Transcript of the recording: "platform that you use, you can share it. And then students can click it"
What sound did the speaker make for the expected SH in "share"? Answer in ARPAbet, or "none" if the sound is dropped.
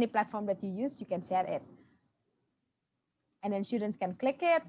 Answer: S